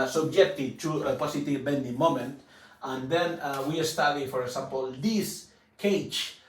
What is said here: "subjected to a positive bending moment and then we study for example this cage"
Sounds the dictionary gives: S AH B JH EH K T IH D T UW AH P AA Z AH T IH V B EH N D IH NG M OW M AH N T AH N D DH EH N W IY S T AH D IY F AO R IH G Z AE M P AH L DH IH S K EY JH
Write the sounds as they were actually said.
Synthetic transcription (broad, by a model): S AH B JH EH K T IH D T UW AH P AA S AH T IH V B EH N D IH M OW M AH N T AH N D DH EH N W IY S T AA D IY F AO R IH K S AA M P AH L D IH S K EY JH